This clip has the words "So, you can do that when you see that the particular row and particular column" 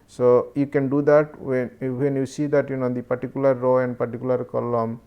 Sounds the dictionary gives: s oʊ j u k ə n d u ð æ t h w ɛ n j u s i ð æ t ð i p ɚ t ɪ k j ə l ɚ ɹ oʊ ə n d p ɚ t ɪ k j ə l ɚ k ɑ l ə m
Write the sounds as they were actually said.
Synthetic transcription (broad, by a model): s oʊ j u k ə n d u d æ t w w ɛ n j u s i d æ t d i p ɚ t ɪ k j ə l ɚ ɹ oʊ ə n d p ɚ t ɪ k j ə l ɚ k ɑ l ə m